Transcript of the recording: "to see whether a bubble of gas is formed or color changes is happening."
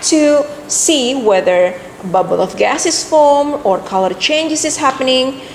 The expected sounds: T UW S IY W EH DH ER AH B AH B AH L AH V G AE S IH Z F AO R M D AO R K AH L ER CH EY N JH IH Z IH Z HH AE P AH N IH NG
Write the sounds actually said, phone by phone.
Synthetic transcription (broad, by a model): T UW S IY W EH DH ER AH B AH B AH L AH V G AE S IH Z F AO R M AO R K AH L ER CH EY N JH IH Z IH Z HH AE P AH N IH NG